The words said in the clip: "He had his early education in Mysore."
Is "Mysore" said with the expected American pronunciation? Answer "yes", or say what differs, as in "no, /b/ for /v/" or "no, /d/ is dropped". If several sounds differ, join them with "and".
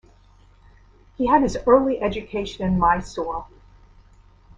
no, /l/ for /ɹ/